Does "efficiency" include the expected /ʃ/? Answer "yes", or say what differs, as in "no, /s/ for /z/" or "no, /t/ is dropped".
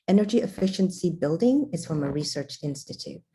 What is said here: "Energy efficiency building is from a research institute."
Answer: yes